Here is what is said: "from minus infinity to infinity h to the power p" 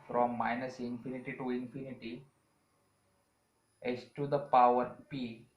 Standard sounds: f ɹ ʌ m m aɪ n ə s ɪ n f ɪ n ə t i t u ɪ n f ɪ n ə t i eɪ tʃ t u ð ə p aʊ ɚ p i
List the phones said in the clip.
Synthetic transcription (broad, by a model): f ɹ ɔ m m aɪ n ə s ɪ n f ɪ n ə t i t u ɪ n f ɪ n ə t i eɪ s t u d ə p aʊ ɚ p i